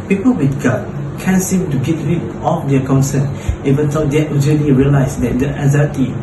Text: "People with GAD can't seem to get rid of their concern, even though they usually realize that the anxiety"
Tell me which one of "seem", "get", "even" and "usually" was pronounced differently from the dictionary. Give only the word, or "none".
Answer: usually